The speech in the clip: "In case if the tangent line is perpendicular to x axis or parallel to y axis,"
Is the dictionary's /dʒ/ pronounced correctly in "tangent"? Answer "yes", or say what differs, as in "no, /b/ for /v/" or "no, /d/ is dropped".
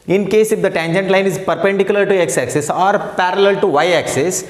yes